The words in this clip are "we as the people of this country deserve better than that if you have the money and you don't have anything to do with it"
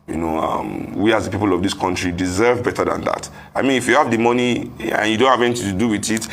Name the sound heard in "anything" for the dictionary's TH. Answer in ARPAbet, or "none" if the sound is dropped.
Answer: T